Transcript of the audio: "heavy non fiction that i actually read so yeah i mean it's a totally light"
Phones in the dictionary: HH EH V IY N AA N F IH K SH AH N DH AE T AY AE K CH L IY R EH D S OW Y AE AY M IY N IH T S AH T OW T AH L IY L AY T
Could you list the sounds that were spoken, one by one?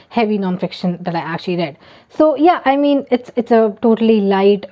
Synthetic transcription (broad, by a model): HH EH V IY N AA N F IH K SH AH N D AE T AY AE K CH L IY R EH D S OW Y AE AY M IY N IH T S AH T OW T AH L IY L AY T